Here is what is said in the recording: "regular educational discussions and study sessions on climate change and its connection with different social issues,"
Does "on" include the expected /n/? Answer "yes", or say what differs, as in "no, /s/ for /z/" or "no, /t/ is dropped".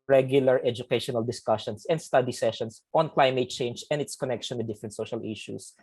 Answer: yes